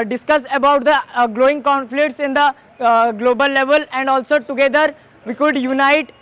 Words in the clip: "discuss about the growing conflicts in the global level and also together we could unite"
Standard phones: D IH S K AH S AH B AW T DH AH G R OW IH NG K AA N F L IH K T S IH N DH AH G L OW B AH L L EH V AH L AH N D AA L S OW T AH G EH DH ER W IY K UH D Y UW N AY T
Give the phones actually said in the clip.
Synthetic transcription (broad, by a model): D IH S K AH S AH B AW T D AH G L OW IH NG K AA N F L IH K T S IH N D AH G L OW B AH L L EH V AH L AH N D AA L S OW T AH G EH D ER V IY K UH D Y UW N AY T